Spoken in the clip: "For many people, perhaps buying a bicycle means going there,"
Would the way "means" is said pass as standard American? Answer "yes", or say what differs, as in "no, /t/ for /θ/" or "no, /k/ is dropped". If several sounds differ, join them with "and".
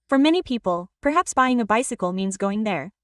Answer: yes